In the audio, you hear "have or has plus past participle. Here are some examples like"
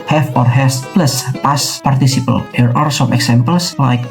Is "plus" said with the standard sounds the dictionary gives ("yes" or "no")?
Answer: yes